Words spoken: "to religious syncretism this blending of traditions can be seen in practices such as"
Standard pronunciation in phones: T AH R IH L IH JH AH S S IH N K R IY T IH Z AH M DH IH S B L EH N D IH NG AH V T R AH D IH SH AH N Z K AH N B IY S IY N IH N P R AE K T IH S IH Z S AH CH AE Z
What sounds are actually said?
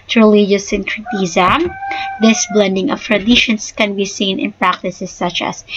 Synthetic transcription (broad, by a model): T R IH L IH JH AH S S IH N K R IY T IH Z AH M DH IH S B L EH N D IH NG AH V T R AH D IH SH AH N S K AH N B IY S IY N IH N P R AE K T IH S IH S AH CH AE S